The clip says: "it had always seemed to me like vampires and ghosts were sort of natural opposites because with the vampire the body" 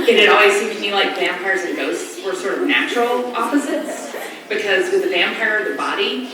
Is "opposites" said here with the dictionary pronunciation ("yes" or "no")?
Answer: yes